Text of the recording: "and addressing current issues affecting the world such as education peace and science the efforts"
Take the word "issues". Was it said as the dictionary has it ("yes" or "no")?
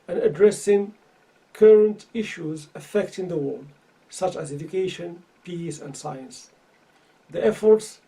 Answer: yes